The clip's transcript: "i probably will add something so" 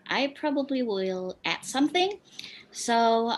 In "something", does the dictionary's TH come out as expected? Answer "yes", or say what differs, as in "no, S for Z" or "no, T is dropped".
yes